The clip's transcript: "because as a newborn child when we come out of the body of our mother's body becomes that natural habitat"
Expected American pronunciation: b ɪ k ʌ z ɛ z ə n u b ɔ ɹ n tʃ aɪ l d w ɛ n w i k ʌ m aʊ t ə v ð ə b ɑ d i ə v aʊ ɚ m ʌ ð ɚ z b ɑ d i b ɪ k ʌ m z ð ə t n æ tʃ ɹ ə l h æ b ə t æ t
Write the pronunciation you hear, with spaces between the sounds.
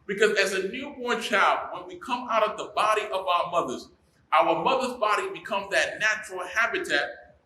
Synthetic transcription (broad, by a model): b ɪ k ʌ z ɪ z ə n u b ɔ ɹ n tʃ aɪ l d w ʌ n w i k ʌ m aʊ t ə v ð ə b ɑ d i ə v aʊ ɚ m ʌ ð ɚ z b ɑ d i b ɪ k ʌ m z ð ə t n æ tʃ ɹ l h æ b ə t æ t